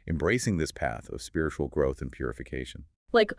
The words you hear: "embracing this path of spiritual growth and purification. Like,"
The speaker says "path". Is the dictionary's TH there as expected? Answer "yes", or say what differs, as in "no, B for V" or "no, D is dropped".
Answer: yes